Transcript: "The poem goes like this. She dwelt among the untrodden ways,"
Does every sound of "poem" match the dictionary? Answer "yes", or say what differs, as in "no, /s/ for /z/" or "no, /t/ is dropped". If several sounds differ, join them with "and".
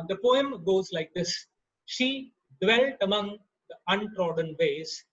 yes